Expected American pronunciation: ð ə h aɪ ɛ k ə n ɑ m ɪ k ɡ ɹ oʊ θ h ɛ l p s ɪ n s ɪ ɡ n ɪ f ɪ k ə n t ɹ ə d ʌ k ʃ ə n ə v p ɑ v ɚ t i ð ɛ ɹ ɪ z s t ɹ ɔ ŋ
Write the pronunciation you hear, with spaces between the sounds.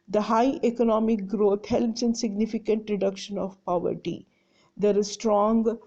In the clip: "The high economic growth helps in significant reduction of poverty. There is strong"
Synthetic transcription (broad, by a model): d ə h aɪ ɛ k ə n ɑ m ɪ k ɡ ɹ oʊ t h ɛ l p s ɪ n s ɪ ɡ n ɪ f ɪ k ə n t ɹ ə d ʌ k ʃ ə n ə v p ɑ v ɚ t i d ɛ ɹ ɪ z s t ɹ ɔ ŋ